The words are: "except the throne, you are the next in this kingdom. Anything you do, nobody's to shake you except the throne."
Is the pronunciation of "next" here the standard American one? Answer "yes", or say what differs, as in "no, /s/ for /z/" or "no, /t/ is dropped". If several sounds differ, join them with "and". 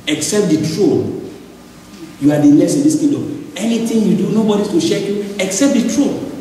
no, /k/ is dropped